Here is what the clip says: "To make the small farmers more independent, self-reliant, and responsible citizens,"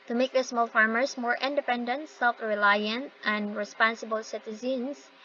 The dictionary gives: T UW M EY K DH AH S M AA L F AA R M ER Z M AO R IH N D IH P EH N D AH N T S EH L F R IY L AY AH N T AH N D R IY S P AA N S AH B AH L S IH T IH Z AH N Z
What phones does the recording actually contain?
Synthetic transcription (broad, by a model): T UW M EY K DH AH S M AA L F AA R M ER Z M AO R IH N D IH P EH N D AH N T S EH L F R IY L AY AH N T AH N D R IY S P AA N S AH B AH L S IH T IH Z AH N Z